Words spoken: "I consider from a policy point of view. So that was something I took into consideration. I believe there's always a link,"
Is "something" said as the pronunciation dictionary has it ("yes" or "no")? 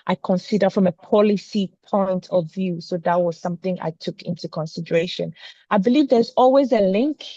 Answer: yes